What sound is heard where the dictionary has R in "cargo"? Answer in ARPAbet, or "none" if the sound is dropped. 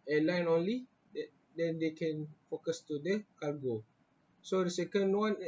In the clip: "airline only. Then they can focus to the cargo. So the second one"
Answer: L